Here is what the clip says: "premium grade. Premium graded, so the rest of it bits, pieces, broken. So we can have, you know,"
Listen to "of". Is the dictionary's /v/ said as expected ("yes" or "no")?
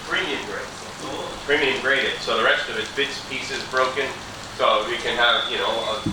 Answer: yes